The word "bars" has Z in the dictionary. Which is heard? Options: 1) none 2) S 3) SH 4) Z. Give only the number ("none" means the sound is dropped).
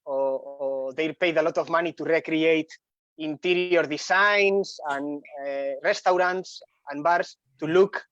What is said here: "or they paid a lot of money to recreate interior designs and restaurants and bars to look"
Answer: 2